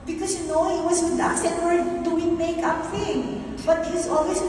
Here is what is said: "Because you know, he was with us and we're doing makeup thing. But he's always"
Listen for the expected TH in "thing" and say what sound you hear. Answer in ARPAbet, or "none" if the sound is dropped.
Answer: F